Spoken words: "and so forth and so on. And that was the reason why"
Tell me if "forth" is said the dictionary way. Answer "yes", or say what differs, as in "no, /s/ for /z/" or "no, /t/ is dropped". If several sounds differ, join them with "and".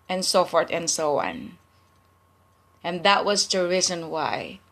no, /t/ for /θ/